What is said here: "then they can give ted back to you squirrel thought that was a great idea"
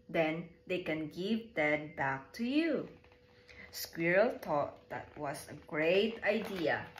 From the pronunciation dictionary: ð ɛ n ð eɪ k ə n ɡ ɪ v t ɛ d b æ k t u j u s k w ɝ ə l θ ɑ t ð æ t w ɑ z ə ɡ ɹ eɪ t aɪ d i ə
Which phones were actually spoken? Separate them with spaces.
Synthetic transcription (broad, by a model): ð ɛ n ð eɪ k ə n ɡ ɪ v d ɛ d b æ k t u j u s k w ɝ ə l t ɑ t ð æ t w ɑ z ə ɡ ɹ eɪ t aɪ d i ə